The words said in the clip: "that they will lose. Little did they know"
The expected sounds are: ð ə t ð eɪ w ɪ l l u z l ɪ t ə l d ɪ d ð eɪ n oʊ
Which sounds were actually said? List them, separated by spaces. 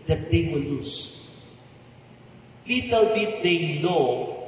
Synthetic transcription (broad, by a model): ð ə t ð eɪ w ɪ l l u s l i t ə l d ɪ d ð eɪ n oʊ